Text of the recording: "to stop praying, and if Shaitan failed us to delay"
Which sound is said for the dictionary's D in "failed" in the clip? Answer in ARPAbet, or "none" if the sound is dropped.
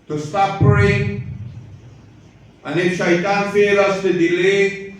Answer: none